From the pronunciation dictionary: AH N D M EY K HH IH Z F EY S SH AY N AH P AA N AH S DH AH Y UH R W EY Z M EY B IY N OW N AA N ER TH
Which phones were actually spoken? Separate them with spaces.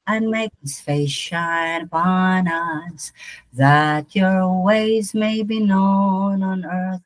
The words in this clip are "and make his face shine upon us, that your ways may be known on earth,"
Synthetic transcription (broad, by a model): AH N M EY K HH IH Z F EY S SH AY N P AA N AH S DH AH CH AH R W EY Z M EY B IY N OW N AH N ER TH